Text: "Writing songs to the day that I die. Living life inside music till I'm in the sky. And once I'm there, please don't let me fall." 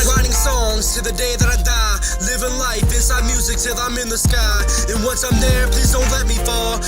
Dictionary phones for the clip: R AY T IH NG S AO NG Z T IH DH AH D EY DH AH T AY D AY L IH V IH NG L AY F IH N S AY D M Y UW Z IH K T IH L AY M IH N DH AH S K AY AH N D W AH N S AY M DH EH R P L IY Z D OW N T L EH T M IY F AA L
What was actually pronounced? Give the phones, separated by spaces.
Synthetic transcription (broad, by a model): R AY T IH NG S AO NG Z T IH DH AH D EY DH AH T AY D AY L IH V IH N L AY F IH N S AY D M Y UW Z IH K S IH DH AY M IH N DH AH S K AY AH N W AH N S AY M DH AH R P L IY Z D OW N T L EH T M IY F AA L